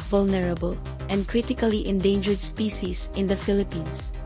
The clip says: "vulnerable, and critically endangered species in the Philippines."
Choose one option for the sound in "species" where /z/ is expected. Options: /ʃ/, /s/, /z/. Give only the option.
/s/